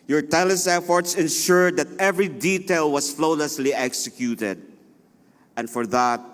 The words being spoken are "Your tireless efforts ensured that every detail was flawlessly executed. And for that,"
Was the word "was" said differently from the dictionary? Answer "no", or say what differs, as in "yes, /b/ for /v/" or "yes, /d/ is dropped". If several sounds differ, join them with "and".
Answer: yes, /s/ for /z/